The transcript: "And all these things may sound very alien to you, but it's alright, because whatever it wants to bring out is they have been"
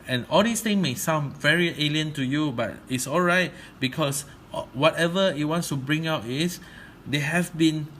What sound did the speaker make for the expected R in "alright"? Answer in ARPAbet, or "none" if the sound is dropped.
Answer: R